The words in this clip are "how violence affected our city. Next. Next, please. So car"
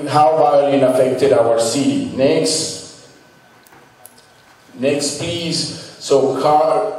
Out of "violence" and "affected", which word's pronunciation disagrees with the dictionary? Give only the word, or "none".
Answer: violence